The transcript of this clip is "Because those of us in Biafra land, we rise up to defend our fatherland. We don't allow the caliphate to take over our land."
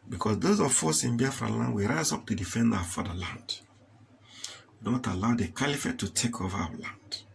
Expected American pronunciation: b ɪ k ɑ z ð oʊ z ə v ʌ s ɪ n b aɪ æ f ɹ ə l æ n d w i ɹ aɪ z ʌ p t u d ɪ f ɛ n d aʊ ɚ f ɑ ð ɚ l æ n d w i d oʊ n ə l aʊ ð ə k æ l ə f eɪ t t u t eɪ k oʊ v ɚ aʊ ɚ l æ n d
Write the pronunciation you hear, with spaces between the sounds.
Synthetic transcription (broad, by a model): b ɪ k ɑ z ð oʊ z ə f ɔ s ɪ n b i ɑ f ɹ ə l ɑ n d w i ɹ aɪ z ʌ p t u d ɪ f ɛ n d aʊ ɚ f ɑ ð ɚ l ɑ n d w i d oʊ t ə l aʊ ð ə k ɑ l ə f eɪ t t u t eɪ k oʊ v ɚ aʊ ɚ l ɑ n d